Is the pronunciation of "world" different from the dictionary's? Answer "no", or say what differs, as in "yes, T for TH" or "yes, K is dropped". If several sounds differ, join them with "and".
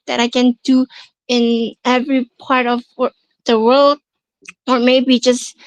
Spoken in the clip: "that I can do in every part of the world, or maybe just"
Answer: no